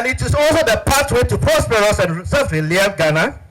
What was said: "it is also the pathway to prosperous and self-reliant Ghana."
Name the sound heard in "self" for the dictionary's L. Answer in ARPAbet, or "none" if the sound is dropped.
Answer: none